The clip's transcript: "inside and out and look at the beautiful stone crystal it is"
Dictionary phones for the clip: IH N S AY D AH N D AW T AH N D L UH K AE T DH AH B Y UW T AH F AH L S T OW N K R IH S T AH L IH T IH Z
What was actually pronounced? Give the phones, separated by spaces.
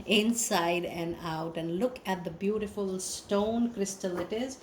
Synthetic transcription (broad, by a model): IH N S AY D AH N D AW T AH N D L UH K AE T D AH B Y UW T AH F AH L S T OW N K R IH S T AH L IH T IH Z